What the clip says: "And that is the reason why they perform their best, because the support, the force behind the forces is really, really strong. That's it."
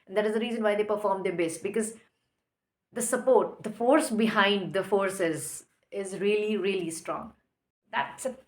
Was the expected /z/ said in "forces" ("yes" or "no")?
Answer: yes